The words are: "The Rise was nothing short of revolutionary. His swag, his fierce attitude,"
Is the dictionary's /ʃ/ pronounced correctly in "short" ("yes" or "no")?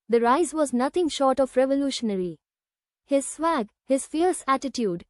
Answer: yes